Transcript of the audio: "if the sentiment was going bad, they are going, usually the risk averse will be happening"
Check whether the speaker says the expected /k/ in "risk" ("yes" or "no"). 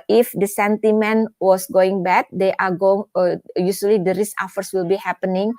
no